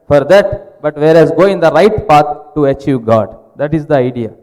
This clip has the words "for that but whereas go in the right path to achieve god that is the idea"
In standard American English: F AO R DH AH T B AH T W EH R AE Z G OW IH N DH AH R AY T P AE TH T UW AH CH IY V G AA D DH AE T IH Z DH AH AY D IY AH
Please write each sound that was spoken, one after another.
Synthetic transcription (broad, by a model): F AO R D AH T B AH T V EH R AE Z G OW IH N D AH R AY T P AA T T UW AH CH IY V G AA D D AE T IH Z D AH AY D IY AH